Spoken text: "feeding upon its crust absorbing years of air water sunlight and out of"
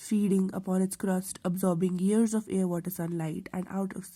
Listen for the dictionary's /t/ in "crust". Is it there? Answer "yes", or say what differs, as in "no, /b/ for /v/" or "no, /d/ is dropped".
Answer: yes